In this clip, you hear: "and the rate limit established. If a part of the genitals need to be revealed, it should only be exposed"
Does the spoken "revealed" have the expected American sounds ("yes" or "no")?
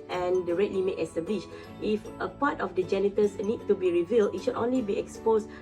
yes